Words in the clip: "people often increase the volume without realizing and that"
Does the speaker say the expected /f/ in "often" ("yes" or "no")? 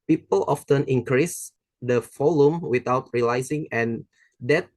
yes